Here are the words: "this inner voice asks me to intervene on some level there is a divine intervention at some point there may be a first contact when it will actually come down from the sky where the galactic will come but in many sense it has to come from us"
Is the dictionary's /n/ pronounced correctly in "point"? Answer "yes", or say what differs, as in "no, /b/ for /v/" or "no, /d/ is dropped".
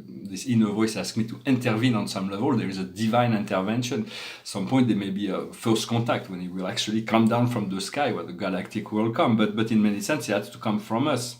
no, /n/ is dropped